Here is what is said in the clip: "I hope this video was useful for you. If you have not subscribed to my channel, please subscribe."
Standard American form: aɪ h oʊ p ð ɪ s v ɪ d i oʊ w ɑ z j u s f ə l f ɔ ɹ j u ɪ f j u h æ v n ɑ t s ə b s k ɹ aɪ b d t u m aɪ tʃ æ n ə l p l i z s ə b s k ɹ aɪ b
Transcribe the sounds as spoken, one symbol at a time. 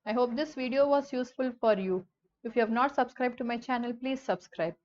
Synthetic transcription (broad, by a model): aɪ h oʊ p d ɪ s v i d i oʊ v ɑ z j u s f ə l f ɔ ɹ j u ɪ f j u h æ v n ɑ t s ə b s k ɹ aɪ b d t u m aɪ tʃ æ n ə l p l i z s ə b s k ɹ aɪ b